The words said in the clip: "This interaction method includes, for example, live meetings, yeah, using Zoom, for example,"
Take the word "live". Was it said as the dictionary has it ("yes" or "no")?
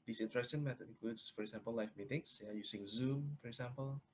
no